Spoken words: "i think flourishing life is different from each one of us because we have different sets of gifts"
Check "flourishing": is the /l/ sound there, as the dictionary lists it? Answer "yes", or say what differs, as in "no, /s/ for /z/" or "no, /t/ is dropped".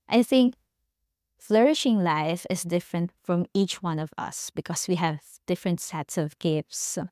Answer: yes